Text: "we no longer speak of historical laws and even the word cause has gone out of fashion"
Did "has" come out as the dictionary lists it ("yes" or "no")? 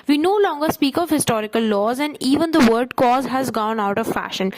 yes